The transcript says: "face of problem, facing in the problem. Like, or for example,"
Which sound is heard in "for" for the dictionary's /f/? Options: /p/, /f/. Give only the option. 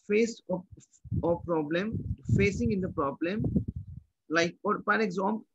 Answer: /p/